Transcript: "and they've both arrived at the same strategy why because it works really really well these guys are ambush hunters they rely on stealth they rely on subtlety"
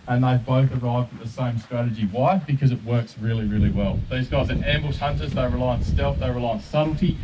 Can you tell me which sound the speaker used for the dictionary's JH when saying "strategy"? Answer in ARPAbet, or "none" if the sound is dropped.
JH